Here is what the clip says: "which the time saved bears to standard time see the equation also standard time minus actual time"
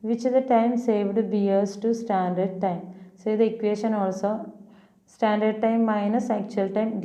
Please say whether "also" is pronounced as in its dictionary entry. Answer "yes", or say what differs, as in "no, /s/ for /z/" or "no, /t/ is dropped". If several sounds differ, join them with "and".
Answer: yes